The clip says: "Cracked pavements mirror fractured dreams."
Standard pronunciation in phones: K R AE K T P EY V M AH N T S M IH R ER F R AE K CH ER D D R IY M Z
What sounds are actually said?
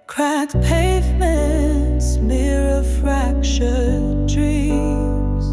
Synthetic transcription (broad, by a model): K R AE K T P EY V M AH N T S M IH R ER F R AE K SH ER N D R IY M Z